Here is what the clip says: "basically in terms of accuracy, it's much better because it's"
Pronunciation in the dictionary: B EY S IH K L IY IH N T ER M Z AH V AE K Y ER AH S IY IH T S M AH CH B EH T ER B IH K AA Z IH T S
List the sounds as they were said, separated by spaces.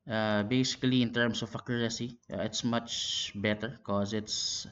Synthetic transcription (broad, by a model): B EY S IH K L IY IH N T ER M S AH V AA K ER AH S IY IH T S M AH CH B EH T ER K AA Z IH T S